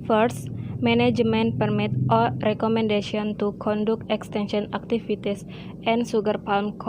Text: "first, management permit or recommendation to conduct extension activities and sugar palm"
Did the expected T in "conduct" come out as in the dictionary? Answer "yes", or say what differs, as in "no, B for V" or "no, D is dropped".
no, T is dropped